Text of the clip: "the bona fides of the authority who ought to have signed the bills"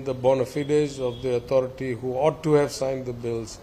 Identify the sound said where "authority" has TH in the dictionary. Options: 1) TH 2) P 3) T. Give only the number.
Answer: 3